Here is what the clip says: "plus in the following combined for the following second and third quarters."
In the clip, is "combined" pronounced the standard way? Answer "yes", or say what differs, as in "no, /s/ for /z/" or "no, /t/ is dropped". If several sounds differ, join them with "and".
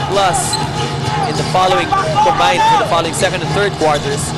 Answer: no, /b/ is dropped